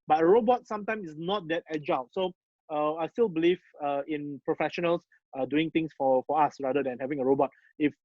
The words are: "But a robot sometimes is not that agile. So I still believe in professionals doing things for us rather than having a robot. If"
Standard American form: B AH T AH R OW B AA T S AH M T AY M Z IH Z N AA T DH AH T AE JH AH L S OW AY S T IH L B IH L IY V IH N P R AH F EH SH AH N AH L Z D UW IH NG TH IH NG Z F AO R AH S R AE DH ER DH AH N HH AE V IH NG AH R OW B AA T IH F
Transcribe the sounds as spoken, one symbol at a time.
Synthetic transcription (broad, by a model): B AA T AH R OW B AA T S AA M T AY M IH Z N AA T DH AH T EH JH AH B S OW AY S T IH L B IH L IY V IH N P R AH F EH SH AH N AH L S D UW IH NG T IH NG S F AO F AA S R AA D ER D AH N HH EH V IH NG AH R OW B AA T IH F